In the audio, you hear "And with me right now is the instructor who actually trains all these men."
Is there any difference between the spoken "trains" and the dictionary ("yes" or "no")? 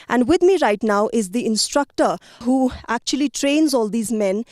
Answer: no